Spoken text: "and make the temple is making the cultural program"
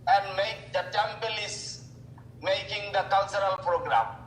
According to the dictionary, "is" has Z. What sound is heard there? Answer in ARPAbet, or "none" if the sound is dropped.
S